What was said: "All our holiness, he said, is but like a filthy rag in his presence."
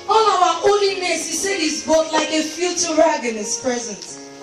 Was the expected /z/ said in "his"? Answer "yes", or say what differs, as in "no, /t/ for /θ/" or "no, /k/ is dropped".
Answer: no, /s/ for /z/